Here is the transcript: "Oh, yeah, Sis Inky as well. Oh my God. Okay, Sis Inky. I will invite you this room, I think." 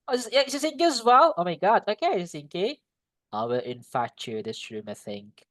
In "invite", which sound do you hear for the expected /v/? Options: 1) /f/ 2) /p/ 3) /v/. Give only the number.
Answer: 1